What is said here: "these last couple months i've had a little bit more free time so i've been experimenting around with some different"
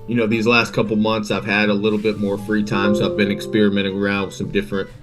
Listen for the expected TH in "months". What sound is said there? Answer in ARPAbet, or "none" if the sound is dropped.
TH